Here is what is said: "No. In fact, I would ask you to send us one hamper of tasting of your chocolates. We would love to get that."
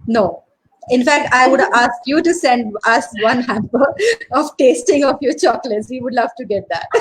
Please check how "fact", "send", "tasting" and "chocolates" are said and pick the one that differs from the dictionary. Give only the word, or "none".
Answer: none